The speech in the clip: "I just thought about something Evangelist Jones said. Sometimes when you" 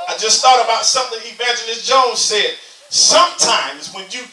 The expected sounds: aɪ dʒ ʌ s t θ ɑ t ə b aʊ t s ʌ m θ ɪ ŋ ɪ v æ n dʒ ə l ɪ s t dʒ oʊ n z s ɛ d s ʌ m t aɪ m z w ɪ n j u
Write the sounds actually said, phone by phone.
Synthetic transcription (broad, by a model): aɪ dʒ ʌ s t θ ɑ t ə b aʊ t s ʌ m θ ɪ ŋ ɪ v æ n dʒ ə n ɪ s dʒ oʊ n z s ɛ d s ʌ m t aɪ m z w ɪ n j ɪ